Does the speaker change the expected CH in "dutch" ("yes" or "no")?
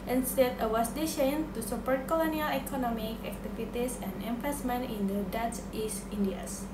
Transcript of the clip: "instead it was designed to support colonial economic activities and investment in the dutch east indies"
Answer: yes